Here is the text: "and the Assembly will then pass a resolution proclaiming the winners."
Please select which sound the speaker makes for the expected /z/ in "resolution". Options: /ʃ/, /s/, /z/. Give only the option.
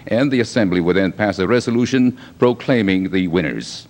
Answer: /z/